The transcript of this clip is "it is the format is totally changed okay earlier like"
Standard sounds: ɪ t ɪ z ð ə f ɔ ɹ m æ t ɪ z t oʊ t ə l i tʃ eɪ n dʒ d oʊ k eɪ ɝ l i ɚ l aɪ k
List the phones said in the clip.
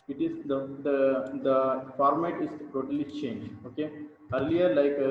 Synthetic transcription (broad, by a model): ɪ t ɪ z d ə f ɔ ɹ m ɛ t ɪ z t oʊ t ə l i tʃ eɪ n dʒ oʊ k eɪ ɝ l i ɚ l aɪ k